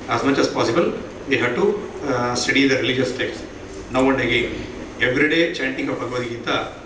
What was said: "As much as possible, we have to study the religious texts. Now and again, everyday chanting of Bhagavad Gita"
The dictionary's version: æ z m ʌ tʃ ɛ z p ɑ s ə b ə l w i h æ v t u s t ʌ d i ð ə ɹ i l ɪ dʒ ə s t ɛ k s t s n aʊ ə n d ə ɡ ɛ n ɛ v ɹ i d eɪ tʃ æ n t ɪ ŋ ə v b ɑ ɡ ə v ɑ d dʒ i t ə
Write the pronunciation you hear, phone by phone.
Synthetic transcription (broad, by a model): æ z m ʌ tʃ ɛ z p ɑ s ə b ə l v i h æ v t u s t ʌ d i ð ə ɹ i l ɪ dʒ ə s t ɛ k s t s n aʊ ə n d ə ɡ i ɛ v ɹ i d eɪ tʃ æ n t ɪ ŋ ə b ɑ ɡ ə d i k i t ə